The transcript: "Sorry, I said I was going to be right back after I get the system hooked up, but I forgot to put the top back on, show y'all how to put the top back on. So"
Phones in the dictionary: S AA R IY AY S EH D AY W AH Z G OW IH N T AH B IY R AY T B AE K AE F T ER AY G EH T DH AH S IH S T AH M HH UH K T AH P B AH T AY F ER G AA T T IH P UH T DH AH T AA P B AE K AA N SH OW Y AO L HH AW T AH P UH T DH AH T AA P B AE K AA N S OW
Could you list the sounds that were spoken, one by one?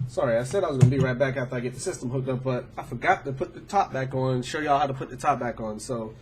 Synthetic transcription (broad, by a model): S AA R IY AY S EH D AY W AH Z G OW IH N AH B IY R AY T B AE K AE F T ER AY G EH T DH AH S IH S T AH M HH UH K T AH P B AH T AY F ER G AA T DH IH P UH T DH AH T AA P B AE K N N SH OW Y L HH AW T AH P UH T DH AH T AA P B AE K N S OW